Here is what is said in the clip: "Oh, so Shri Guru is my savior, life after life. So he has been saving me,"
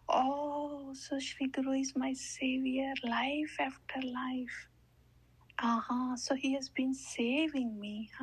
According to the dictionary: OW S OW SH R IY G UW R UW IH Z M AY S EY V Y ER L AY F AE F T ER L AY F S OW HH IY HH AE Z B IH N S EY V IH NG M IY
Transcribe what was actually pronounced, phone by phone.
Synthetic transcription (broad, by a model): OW S OW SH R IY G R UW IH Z M AY S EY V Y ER L AY F AE F T ER L AY F S OW HH IY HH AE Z B IH N S EY V IH NG M IY